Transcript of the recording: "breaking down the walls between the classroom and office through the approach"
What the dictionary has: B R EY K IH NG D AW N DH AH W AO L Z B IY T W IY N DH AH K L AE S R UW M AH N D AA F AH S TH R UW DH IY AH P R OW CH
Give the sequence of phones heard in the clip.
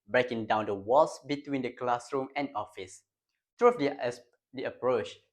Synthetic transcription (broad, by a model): B R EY K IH NG D AW N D AH W AO L S B IY T W IY N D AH K L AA S R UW M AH N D AA F AH S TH R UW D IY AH P R OW CH